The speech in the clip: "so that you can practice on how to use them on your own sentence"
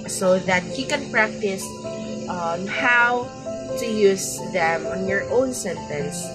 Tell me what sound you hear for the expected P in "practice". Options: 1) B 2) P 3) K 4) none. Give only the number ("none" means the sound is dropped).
2